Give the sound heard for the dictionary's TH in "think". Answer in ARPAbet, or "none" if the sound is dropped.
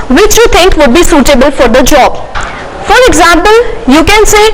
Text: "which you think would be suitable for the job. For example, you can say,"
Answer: T